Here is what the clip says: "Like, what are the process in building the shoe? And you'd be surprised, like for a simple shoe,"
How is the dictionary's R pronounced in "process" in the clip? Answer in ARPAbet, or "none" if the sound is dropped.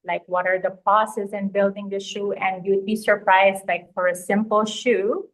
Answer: none